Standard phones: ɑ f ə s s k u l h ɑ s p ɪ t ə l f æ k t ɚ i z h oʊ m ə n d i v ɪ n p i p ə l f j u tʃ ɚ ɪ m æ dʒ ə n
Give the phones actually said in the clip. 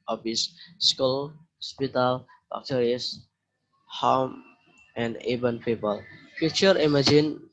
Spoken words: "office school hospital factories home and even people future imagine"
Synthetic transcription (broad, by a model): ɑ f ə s s k u l h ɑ s p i t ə l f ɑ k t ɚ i s h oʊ m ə n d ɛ b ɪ n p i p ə l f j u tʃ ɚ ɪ m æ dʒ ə n